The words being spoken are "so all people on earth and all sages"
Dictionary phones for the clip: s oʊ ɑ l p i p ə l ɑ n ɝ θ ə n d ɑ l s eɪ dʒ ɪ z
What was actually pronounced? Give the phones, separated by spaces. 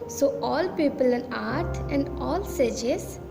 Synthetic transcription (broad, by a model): s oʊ ɑ l p i p ə l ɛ n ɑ t ə n d ɑ l s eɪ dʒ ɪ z